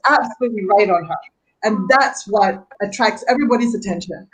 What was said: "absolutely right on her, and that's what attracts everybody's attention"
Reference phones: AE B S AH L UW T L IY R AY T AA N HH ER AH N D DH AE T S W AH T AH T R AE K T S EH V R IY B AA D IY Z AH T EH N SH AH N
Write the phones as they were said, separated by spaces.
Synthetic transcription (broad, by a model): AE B S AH L UW T L IY R AY T N HH ER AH N DH AE T S W AH T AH T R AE K S EH V R IY B AA D IY Z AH T EH N SH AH N